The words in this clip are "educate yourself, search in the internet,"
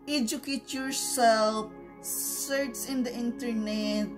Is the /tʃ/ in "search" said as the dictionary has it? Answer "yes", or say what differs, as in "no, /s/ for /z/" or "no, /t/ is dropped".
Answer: no, /s/ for /tʃ/